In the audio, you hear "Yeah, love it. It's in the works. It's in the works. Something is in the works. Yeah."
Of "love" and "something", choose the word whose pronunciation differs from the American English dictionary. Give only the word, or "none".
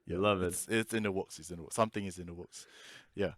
none